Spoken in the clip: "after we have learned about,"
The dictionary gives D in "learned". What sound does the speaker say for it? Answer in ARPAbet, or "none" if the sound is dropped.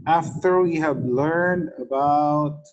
D